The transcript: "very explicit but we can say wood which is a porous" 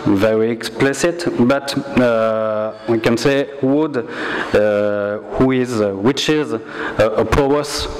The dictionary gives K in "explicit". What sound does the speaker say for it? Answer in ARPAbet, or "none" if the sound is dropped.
K